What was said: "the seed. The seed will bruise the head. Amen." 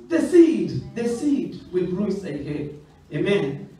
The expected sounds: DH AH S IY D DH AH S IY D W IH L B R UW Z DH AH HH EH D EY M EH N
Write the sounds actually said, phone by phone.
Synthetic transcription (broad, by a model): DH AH S IY D DH AH S IY D W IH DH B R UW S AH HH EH EY M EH N